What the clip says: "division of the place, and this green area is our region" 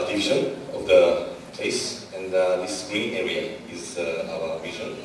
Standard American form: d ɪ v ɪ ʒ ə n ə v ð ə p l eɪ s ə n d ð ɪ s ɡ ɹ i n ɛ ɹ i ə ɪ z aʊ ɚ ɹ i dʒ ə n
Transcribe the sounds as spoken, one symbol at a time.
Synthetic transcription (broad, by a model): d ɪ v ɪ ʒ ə n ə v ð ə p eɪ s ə n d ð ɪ s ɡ i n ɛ ɹ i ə ɪ z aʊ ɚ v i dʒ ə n